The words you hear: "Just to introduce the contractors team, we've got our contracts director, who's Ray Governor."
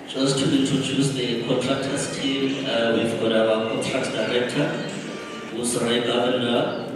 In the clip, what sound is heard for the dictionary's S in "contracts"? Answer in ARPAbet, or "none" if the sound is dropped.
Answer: none